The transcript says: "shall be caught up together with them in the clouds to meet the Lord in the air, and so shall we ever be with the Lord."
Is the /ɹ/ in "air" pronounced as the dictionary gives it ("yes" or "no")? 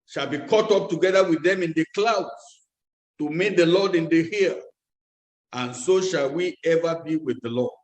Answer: no